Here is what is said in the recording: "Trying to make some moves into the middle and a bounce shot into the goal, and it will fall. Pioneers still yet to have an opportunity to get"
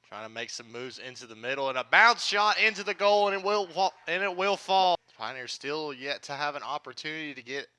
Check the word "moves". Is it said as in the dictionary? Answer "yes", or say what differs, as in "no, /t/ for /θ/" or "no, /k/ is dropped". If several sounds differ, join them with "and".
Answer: yes